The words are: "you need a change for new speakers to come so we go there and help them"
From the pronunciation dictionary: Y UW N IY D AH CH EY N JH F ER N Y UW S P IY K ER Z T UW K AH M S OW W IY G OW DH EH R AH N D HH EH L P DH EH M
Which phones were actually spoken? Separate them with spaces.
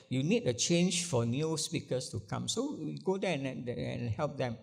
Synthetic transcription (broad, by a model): Y UW N IY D AH CH EY N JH F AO N Y UW S P IY K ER S T UW K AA M S OW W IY G OW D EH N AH N HH EH L P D EH M